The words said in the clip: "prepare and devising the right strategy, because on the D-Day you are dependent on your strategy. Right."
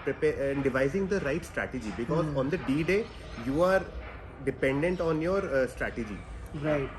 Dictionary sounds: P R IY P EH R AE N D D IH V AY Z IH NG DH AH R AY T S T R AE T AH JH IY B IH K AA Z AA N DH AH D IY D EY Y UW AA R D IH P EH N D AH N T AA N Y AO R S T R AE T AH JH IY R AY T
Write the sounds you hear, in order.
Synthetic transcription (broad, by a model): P R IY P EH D D IH V AY Z IH NG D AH R AY T S T R AE T AH JH IY B IH K AA Z AA N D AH D IY D EY Y UW AA R D IH P EH N D AH N T AA N Y AO R S T R AE T AH JH IY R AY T